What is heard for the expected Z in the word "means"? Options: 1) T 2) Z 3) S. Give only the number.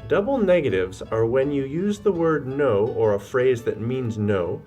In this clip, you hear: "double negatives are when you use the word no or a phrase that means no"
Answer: 2